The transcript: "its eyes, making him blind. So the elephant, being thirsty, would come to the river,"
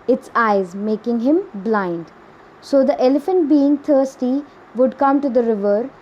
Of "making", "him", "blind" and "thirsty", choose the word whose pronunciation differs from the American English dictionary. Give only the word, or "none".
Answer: thirsty